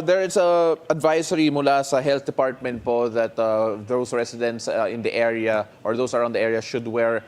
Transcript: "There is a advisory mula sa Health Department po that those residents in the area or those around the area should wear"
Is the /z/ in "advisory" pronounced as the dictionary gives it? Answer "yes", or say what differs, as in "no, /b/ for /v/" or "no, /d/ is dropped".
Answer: no, /s/ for /z/